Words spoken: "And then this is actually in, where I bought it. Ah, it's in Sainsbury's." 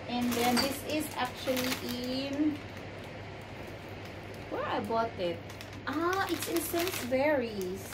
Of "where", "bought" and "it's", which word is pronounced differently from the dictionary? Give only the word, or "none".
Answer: none